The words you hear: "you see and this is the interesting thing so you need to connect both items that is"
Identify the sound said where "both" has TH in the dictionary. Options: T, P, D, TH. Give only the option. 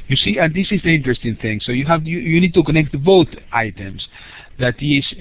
T